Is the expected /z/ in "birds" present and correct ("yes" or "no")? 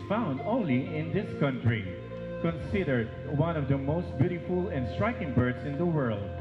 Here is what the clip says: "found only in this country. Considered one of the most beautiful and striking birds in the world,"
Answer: no